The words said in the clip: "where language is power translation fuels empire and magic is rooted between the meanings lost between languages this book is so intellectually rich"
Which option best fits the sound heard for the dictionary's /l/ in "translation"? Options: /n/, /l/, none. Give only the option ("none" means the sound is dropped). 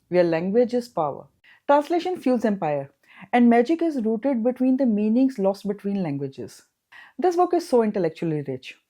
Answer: /l/